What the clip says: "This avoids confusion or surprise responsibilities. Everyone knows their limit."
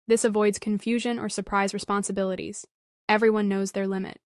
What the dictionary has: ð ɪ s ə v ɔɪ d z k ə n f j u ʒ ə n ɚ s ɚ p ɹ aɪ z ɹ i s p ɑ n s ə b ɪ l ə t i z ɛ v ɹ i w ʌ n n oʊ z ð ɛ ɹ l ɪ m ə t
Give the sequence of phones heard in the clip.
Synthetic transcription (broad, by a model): ð ɪ s ə v ɔɪ d z k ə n f j u ʒ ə n ɚ s ɚ p ɹ aɪ z ɹ i s p ɑ n s ə b ɪ l ə t i z ɛ v ɹ i w ʌ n n oʊ z ð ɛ ɹ l ɪ m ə t